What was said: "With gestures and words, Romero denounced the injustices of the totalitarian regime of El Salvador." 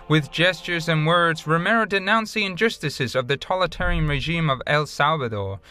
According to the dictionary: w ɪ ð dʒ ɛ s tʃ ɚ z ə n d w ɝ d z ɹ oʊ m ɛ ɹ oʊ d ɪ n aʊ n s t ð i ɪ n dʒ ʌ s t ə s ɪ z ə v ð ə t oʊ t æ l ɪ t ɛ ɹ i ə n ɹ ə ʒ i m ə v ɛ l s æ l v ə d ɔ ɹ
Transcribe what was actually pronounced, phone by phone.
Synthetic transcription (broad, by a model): w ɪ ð dʒ ɛ s tʃ ɚ z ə n w ɝ d z ɹ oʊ m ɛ ɹ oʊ d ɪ n aʊ n s ð i ɪ n dʒ ʌ s t ə s ɪ z ə v ð ə t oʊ l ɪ t ɛ ɹ i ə n ɹ ə ʒ i m ə v ɛ l s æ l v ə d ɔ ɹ